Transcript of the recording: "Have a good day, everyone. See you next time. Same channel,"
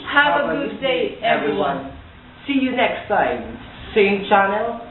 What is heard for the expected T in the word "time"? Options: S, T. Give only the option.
S